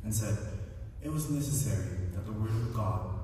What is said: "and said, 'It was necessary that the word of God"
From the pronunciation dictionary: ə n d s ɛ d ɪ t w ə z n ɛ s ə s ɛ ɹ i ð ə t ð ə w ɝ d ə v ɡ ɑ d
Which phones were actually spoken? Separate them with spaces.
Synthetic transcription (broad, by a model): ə n s ɛ d ɪ t w ə z n ɛ s ə s ɛ ɹ i ð ə t ð ə w ɝ d ə v ɡ ɑ d